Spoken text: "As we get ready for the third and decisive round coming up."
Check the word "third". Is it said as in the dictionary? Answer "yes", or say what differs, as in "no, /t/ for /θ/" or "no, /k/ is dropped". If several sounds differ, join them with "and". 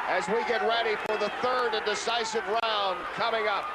yes